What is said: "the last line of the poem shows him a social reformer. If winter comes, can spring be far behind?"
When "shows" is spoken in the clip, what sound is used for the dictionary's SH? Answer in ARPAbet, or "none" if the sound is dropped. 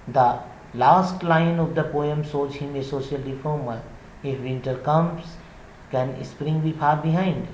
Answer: S